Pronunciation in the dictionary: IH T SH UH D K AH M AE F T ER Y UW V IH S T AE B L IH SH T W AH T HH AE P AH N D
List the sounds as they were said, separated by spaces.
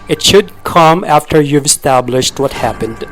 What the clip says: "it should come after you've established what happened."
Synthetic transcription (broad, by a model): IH T SH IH D K AH M AE F T ER Y UW V IH S T AE B L IH SH T W AH T HH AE P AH N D